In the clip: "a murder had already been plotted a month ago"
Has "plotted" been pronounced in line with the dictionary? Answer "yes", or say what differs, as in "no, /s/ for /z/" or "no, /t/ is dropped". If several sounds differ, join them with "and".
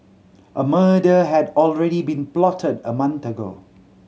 yes